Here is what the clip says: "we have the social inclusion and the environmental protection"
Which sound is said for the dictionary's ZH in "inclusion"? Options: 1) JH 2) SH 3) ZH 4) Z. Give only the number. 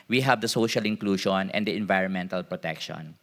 2